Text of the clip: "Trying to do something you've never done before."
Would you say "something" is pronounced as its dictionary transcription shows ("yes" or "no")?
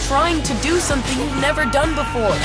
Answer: yes